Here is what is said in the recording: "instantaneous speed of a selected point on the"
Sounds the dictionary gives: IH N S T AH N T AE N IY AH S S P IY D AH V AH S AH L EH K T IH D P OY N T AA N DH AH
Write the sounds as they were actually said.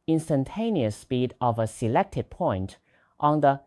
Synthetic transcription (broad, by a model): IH N S T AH N T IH N IY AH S S P IY D AH V AH S AH L EH K T IH D P OY N T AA N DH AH